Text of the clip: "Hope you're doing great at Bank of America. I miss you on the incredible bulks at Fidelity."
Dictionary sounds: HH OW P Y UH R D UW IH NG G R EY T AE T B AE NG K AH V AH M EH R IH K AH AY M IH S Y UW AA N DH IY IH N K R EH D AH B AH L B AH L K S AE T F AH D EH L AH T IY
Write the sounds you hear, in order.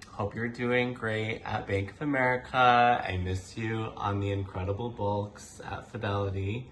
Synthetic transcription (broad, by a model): HH OW P Y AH R D UW IH NG G R EY T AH T B AE NG K AH V AH M EH R IH K AH AY M IH S Y UW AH N DH IY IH N K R EH D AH B L B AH L K S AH T F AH D EH L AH T IY